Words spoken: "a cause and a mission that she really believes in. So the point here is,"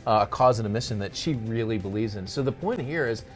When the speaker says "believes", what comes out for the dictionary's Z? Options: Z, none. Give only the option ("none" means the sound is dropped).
Z